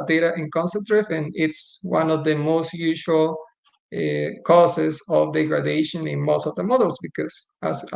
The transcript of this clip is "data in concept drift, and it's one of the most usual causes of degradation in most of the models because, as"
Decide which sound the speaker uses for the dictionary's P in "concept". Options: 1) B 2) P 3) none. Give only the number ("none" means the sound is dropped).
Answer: 3